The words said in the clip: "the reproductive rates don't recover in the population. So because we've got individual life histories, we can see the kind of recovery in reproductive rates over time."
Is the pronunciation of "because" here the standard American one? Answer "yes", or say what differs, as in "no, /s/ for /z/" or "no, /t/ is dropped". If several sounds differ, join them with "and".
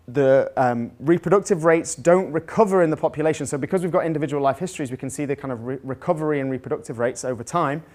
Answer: yes